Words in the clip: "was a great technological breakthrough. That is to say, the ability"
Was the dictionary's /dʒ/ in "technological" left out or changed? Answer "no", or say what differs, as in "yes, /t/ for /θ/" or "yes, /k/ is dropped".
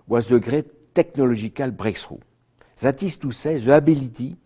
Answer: yes, /ʒ/ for /dʒ/